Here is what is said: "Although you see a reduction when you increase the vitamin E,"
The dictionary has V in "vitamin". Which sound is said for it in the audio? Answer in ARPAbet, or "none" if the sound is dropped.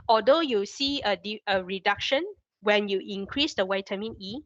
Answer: W